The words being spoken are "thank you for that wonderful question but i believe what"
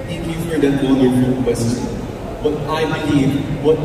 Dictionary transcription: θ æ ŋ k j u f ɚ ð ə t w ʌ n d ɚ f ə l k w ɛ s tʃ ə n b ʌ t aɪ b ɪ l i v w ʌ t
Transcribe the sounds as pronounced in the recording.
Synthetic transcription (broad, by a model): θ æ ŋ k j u f ɚ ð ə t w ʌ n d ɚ ə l k w ɛ s tʃ ə n b ʌ t aɪ b ɪ l i v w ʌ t